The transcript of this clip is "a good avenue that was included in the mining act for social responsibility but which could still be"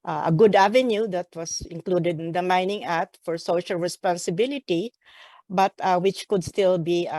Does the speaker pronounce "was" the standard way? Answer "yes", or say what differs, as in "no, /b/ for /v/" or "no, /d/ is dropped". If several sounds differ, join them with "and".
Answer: no, /s/ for /z/